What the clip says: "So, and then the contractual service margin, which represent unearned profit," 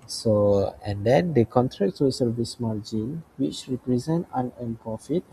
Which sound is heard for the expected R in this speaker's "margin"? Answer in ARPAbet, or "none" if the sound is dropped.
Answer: L